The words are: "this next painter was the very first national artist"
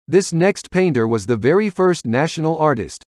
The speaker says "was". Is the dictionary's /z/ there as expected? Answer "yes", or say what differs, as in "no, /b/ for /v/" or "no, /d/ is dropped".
yes